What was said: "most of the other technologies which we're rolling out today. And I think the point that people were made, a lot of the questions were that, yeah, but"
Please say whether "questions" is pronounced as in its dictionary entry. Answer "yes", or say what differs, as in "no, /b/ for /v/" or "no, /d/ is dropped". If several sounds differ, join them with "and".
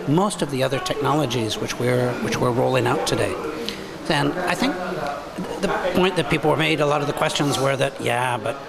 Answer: yes